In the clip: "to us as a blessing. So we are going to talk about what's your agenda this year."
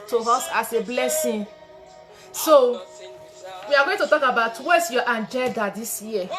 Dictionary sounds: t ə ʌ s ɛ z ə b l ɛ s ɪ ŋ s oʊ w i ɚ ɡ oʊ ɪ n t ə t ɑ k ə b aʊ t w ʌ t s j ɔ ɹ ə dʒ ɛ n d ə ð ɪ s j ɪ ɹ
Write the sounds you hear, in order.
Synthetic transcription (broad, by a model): t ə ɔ s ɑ s ə b l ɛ s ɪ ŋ s oʊ w i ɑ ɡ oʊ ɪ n t ə t ɑ k ə b aʊ t w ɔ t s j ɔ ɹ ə dʒ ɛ l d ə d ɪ s j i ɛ